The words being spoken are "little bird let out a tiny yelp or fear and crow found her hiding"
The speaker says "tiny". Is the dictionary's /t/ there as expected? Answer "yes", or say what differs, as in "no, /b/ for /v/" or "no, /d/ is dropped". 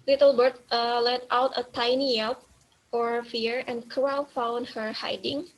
yes